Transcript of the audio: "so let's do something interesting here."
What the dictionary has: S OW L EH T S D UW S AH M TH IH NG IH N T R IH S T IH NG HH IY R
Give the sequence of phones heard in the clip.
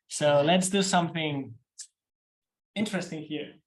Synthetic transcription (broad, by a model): S OW L EH T S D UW S AH M TH IH NG IH N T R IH S T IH NG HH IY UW